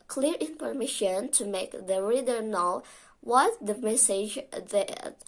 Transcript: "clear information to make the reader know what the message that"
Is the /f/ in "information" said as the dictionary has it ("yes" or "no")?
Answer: no